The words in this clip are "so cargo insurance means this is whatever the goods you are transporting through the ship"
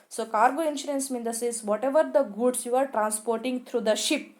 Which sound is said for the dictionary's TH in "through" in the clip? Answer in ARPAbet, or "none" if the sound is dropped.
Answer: T